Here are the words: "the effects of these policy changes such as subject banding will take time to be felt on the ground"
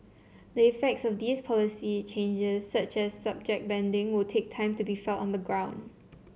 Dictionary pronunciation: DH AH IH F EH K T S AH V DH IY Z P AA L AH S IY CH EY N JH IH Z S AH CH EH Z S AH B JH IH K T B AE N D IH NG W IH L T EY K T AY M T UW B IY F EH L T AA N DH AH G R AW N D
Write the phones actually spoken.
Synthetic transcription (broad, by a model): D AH IH F EH K T S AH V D IY S P AA L AH S IY CH EY N JH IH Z S AH CH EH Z S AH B JH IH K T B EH N D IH NG W IH L T EY K T AY M T UW B IY F EH L T AA N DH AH G R AW N D